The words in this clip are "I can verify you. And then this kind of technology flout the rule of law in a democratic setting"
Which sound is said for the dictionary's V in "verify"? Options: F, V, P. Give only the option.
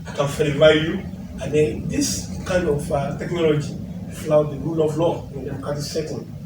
F